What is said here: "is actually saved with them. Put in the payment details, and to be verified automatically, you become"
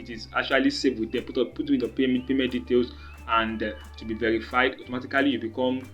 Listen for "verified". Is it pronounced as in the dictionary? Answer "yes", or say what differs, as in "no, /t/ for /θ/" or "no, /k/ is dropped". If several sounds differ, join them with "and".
yes